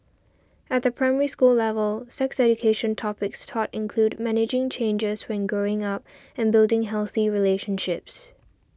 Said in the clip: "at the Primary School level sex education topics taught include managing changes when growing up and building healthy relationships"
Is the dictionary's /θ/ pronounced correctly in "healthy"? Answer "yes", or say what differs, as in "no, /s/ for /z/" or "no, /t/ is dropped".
yes